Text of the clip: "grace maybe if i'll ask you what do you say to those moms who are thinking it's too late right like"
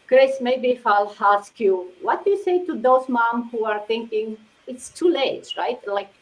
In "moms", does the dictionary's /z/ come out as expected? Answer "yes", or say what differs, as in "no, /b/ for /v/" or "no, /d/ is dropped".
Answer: no, /z/ is dropped